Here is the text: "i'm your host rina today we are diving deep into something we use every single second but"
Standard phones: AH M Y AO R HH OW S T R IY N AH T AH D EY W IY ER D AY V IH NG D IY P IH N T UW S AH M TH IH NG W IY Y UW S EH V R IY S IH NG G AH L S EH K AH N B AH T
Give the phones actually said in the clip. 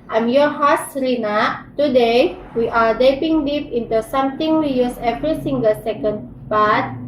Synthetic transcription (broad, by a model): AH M Y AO HH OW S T R IY N AH T AH D EY W IY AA D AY P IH NG D IY P IH N T UW S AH M T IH NG W IY Y UW S EH V R IY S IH NG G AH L S EH K AH N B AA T